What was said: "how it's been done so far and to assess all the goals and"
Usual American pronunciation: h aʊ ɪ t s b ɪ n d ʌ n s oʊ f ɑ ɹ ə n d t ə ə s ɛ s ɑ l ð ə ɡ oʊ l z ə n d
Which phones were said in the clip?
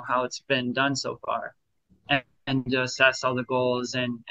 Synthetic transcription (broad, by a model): h aʊ ɪ t s b ɪ n d ʌ n s oʊ f ɑ ɹ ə n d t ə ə s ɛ s ɑ l ð ə ɡ oʊ l z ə n